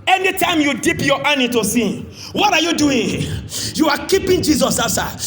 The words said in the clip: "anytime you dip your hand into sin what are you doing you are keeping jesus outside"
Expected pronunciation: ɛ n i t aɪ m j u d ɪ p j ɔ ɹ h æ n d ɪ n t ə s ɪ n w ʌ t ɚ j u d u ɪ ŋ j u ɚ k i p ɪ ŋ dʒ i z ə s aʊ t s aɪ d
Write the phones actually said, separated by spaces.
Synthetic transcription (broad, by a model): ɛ n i t aɪ m j u d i p j ɔ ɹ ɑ n ɪ t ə s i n w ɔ t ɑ j u d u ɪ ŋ j u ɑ k i p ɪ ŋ dʒ i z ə s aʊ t s aɪ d